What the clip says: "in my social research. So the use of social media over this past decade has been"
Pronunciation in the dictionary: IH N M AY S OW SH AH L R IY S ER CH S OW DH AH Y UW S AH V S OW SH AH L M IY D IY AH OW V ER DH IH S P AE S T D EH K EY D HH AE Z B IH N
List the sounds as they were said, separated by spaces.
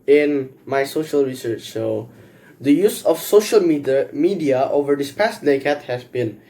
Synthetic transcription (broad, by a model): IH N M AY S OW SH AH L R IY S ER CH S OW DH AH Y UW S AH F S OW SH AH L M IY D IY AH OW V ER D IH S P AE S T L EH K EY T HH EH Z B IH N